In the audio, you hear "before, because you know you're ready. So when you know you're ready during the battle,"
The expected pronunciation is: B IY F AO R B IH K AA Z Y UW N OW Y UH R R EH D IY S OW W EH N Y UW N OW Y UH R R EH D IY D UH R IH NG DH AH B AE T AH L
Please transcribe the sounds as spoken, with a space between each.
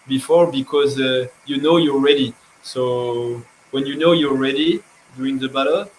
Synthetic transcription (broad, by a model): B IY F AO R B IH K AA Z Y UW N OW Y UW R R EH D IY S OW W EH N Y UW N OW Y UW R R EH D IY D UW IH NG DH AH B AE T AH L